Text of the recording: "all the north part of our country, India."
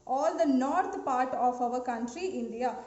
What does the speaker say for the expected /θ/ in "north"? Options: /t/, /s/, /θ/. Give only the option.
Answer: /t/